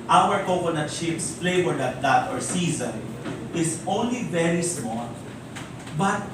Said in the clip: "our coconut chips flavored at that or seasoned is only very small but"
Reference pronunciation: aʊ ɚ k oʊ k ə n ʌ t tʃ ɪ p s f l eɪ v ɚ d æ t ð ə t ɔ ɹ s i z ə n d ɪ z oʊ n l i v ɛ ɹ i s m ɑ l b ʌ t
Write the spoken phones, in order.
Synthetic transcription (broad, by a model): aʊ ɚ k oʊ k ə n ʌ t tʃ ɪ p s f l eɪ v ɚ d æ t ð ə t ɔ ɹ s i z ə n ɪ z oʊ n l i v ɛ ɹ i s m ɑ l b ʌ t